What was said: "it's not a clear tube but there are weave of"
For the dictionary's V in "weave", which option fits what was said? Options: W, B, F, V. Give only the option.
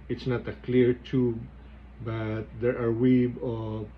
B